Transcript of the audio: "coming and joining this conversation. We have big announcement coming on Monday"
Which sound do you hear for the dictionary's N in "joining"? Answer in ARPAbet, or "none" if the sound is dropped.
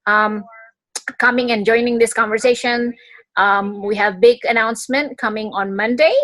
N